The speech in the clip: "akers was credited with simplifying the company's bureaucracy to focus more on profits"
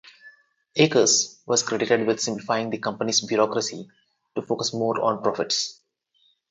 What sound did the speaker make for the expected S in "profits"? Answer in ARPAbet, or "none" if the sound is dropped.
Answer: S